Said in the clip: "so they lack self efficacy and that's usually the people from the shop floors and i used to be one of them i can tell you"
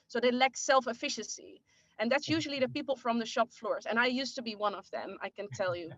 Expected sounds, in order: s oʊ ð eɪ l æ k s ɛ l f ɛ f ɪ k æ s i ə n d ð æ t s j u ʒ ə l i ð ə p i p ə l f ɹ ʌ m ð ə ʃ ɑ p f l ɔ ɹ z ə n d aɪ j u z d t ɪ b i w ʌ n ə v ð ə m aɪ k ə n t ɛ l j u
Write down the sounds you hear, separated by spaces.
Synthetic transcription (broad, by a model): s oʊ ð eɪ l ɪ k s ɛ l f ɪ f ɪ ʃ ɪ s i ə n ð æ t s j u ʒ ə l i ð ə p i p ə l f ɹ ʌ m ð ə ʃ ɑ p f l ɔ ɹ z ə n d aɪ j u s t ɪ b i w ʌ n ə v ð ə m aɪ k ə n t ɛ l j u